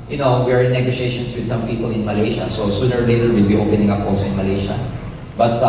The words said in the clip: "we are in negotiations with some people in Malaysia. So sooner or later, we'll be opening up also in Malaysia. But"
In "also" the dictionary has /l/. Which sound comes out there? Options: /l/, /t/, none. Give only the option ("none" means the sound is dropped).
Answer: none